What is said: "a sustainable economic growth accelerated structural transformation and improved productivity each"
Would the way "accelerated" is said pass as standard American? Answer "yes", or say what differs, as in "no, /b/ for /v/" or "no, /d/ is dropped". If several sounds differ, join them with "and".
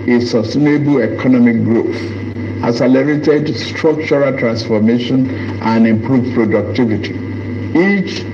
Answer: no, /k/ is dropped